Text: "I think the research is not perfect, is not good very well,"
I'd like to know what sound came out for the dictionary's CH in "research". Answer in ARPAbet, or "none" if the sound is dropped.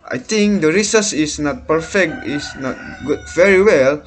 S